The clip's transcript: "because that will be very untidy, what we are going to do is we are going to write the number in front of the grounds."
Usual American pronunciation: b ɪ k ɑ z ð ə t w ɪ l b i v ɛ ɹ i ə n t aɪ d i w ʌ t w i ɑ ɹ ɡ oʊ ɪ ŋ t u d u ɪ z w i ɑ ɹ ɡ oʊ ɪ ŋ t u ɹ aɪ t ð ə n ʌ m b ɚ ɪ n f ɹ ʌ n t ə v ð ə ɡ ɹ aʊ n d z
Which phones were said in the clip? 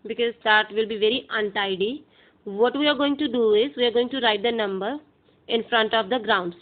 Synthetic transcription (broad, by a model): b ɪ k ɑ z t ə t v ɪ l b i v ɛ ɹ i ə n t aɪ d i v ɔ t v i ɑ ɹ ɡ oʊ ɪ ŋ t u d u ɪ z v i ɑ ɹ ɡ oʊ ɪ ŋ t u ɹ aɪ t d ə n ʌ m b ɚ ɪ n f ɹ ʌ n t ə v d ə ɡ ɹ aʊ n d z